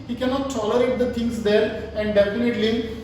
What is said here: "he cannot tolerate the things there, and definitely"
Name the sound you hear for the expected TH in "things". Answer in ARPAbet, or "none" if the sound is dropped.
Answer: T